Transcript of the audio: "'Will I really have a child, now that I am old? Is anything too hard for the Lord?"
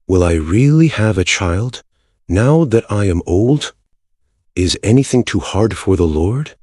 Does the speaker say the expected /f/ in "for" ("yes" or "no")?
yes